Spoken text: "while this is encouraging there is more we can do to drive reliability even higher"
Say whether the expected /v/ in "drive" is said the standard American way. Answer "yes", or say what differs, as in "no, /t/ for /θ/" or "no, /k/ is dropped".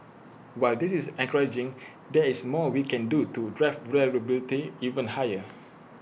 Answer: no, /f/ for /v/